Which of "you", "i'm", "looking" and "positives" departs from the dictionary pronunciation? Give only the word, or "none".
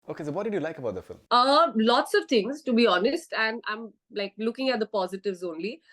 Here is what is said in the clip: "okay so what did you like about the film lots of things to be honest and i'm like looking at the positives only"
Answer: none